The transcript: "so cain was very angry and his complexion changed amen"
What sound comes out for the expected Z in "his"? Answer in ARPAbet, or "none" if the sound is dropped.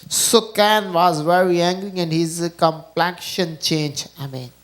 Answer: Z